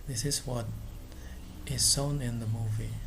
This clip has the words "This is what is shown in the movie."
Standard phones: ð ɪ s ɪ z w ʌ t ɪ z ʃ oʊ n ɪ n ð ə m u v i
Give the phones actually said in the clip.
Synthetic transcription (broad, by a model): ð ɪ s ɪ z w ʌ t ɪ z s oʊ n ɪ n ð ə m u v i